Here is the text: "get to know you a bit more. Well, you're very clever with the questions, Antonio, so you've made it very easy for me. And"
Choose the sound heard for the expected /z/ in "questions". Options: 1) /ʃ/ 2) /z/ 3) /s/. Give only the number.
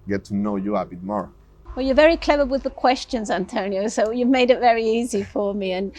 2